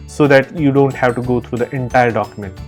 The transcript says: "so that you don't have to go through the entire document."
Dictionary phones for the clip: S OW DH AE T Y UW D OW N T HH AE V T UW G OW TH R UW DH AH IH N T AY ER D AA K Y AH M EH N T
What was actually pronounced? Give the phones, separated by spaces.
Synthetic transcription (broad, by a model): S OW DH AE T Y UW D OW N T HH AE V T UW G OW T R UW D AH IH N T AY ER D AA K Y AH M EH N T